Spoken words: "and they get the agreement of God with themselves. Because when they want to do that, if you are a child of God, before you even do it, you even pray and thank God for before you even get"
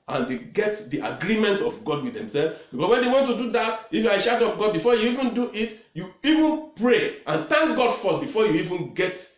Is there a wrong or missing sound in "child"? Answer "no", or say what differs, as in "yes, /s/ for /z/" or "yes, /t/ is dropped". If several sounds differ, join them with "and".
yes, /ʃ/ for /tʃ/ and /l/ is dropped